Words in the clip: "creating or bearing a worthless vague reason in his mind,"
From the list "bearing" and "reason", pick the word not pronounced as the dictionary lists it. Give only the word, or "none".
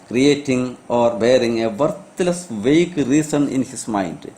reason